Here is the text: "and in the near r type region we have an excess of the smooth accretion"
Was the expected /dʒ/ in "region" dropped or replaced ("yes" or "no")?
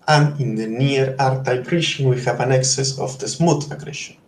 yes